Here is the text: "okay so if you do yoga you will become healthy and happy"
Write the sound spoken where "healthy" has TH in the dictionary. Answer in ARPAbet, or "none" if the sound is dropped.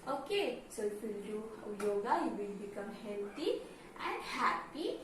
T